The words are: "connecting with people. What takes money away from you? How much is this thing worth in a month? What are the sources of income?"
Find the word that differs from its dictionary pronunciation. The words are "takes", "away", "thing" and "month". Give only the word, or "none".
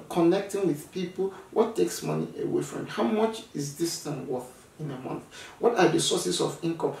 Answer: thing